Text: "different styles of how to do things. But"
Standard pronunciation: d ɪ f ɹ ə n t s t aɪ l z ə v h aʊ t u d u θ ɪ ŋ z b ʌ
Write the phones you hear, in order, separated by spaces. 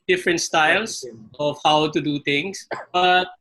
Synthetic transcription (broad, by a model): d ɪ f ɹ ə n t s t aɪ l s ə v h aʊ t u d u t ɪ ŋ s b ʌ